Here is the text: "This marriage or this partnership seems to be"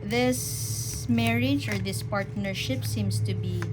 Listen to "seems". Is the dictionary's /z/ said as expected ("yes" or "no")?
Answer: no